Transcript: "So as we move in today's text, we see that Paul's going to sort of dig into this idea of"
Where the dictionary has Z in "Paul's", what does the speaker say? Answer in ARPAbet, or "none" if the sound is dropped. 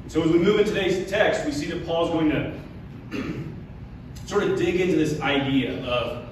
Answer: Z